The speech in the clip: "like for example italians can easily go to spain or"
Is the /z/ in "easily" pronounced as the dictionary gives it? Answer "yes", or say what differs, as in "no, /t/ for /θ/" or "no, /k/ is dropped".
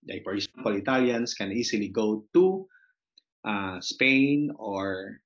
no, /s/ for /z/